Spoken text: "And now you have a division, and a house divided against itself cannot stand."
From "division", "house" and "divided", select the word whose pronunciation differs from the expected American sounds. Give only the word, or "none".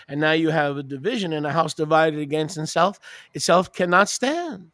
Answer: none